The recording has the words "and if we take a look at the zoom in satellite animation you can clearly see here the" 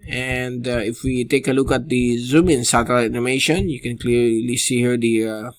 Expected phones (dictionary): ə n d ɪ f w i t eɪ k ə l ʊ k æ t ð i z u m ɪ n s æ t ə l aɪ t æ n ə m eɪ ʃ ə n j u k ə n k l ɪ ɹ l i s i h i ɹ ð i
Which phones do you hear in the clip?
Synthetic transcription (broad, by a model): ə n d ɪ f w i t eɪ k ə l ʊ k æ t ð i z u m ɪ n s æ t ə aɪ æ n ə m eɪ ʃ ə n j u k ə n k l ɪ ɹ l i s i h i ɹ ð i